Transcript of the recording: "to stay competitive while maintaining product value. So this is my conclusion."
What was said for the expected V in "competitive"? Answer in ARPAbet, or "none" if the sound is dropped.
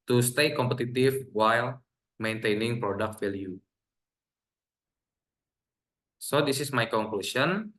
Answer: F